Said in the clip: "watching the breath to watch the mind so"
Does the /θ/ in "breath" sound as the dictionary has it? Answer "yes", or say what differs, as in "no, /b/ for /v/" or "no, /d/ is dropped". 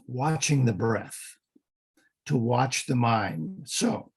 yes